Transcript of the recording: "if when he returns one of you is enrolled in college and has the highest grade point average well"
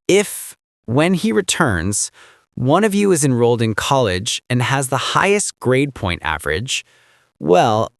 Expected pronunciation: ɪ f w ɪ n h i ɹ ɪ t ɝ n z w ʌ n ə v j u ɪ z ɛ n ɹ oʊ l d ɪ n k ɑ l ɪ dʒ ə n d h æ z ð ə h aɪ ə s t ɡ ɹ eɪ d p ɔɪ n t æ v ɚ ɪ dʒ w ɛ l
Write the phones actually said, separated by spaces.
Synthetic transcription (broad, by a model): ɪ f w ɪ n i ɹ ɪ t ɝ n z w ʌ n ə v j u ɪ z ɛ n ɹ oʊ l d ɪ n k ɑ l ɪ dʒ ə n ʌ z ð ə h aɪ ə s t ɡ ɹ eɪ d p ɔɪ n t æ v ɚ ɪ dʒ w ɛ l